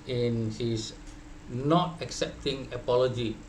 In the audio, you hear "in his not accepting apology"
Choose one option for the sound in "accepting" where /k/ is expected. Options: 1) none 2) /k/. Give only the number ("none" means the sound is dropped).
2